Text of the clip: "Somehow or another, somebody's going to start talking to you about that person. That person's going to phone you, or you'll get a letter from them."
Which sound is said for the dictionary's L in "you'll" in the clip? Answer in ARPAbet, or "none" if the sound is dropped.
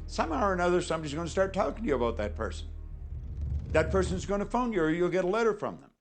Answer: L